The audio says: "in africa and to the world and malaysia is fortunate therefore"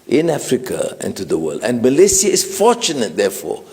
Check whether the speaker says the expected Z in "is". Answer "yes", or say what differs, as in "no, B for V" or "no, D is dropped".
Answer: no, S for Z